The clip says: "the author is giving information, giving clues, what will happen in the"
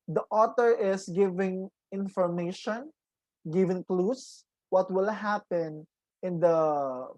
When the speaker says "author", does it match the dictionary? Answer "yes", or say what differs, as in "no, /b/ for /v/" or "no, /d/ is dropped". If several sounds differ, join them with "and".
no, /t/ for /θ/